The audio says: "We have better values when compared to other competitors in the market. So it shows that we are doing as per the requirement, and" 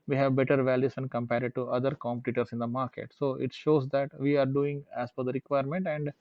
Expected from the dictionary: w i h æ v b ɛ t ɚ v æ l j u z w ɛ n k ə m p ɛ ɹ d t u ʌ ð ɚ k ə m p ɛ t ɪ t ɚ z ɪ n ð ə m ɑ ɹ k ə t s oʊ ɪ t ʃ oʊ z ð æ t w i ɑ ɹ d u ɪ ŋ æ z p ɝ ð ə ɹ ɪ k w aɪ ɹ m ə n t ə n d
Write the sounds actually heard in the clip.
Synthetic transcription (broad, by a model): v i h æ v b ɛ t ɚ v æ l j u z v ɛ n k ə m p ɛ ɹ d t u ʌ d ɚ k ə m p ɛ t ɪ t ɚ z ɪ n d ə m ɑ ɹ k ə t s oʊ ɪ t ʃ oʊ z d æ t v i ɑ ɹ d u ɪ ŋ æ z f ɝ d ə ɹ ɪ k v aɪ ɹ m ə n t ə n d